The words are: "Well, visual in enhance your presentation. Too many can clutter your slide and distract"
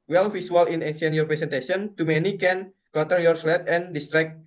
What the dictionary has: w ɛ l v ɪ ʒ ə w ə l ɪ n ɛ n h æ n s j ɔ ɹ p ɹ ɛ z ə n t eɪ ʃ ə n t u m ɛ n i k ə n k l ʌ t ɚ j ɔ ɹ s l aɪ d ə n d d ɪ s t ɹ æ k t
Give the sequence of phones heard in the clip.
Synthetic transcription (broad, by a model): w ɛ l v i s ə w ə l ɪ n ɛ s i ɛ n j ɔ ɹ p ɹ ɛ s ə n t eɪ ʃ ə n t u m ɛ n i k ə n k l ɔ t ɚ j ɔ ɹ s l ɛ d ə n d d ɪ s t ɹ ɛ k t